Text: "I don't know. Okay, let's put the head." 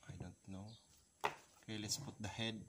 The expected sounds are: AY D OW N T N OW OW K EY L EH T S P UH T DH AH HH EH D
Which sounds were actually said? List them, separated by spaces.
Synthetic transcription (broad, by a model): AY D OW N T N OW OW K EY L EH T S P UH T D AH HH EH D